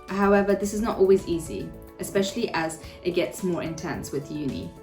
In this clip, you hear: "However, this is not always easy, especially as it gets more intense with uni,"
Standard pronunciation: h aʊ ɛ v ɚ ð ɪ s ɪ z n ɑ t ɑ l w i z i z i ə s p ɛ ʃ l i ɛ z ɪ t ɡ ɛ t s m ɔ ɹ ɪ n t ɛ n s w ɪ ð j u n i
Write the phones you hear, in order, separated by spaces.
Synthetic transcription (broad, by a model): h aʊ ɛ v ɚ ð ɪ s ɪ z n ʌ t ɑ l w i z i z i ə s p ɛ ʃ l i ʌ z ɪ t ɡ ɛ t s m ɔ ɹ ɪ n t ɛ n s w ɪ ð j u n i